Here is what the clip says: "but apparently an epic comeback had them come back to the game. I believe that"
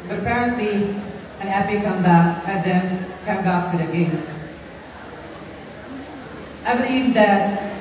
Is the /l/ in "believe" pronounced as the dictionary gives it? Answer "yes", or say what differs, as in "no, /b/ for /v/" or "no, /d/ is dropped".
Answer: no, /l/ is dropped